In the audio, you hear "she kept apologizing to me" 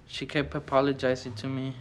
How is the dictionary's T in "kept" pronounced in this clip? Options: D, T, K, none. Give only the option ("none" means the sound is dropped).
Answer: none